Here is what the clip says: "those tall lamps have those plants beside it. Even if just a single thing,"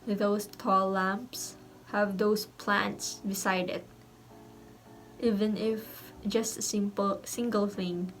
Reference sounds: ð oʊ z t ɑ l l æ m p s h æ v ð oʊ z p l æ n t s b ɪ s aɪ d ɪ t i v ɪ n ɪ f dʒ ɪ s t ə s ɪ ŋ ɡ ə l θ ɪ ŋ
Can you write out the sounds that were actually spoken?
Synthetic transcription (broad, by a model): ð oʊ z t ɑ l l æ m p s h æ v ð oʊ s p l æ n t s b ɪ s aɪ d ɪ t i v ɪ n ɪ f dʒ ɪ s t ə s ɪ ŋ ɡ ə l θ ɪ ŋ